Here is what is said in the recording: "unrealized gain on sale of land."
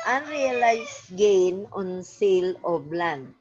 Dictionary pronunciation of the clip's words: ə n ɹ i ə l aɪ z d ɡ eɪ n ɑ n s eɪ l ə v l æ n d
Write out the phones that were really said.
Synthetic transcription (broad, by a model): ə n ɹ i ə l aɪ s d ɡ eɪ n ɑ n s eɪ l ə b l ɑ n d